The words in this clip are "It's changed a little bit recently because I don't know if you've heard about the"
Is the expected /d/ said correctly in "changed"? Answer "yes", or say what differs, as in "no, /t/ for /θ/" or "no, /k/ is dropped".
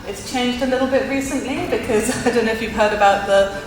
yes